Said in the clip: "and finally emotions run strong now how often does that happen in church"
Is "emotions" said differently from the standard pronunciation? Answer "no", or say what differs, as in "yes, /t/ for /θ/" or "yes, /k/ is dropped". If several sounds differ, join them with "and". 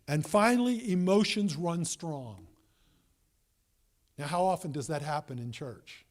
no